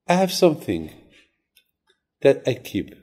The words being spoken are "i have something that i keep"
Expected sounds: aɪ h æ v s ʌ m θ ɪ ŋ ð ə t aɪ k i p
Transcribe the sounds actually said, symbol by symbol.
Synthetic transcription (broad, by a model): aɪ h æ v s ʌ m θ ɪ ŋ ð ə t aɪ k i p